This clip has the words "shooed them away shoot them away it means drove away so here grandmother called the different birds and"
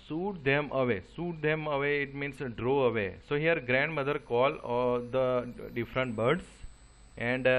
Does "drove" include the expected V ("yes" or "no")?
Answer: no